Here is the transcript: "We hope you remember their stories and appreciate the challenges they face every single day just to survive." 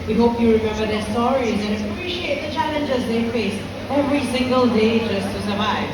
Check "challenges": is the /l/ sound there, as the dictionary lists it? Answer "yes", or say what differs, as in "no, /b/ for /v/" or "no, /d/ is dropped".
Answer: yes